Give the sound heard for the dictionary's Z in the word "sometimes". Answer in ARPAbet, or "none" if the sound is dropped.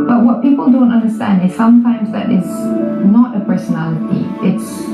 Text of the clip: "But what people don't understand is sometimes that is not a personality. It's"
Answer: Z